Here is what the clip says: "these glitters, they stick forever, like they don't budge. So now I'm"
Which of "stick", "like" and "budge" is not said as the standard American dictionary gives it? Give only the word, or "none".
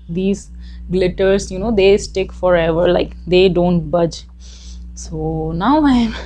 none